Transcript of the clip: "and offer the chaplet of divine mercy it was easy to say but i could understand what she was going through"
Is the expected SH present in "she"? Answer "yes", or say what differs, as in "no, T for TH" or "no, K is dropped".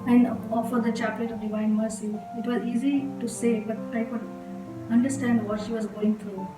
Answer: yes